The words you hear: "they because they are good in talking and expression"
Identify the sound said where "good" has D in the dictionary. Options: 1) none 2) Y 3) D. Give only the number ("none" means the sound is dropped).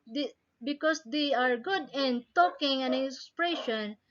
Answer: 3